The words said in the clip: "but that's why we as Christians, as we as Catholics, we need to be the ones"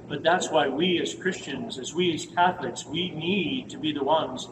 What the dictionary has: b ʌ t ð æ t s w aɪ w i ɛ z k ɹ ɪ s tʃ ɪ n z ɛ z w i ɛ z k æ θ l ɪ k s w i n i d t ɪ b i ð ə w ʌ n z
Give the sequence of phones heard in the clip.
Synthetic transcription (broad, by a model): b ʌ t ð æ t s w aɪ w i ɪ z k ɹ ɪ s tʃ ɪ n z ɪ z w i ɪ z k æ θ l ɪ k s w i n i d t ɪ b i ð ə w ʌ n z